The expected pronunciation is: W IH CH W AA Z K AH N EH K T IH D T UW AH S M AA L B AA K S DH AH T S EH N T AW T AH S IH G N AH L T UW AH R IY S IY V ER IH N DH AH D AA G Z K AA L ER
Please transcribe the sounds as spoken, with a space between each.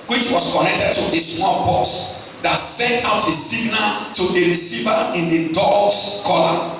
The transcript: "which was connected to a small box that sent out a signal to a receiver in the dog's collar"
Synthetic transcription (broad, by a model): W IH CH W AA S K AH N EH K T IH D T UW AH S M AA L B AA S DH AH T S EH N T AW T AH S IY G N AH L T UW AH R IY S IY V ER IH N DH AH D AA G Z K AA L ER